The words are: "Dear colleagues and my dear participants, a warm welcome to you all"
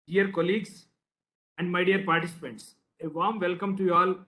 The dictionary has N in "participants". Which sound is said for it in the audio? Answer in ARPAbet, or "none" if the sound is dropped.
N